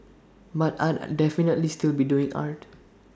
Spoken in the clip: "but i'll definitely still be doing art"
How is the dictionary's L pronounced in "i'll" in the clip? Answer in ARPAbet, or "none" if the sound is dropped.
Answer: N